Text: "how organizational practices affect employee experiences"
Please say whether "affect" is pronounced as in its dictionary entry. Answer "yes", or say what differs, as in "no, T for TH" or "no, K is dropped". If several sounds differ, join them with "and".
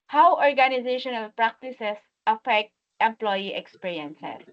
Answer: yes